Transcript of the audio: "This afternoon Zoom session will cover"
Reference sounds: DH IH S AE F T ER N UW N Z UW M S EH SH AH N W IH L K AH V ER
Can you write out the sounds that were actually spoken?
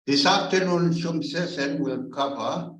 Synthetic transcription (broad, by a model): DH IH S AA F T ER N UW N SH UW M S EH S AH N W IH L K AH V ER